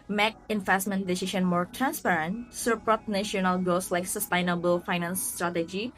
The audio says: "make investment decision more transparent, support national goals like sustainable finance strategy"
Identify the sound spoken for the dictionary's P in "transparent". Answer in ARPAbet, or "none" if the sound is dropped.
P